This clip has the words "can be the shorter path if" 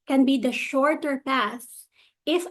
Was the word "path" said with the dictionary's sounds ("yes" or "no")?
no